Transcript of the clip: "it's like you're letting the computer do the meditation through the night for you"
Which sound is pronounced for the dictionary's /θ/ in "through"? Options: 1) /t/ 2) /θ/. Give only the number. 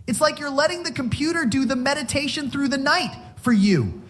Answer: 2